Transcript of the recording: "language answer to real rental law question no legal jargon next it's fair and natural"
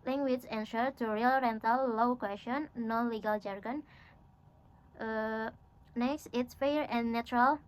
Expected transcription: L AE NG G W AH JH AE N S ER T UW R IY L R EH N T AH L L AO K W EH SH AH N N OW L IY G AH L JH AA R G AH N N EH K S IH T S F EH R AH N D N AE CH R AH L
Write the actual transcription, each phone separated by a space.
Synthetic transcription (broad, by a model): L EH NG G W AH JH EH N SH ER T UW R IY L R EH N T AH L L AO K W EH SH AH N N L IY G AH L JH AA R G AH N N EH K S IH T S F EH R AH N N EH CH R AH L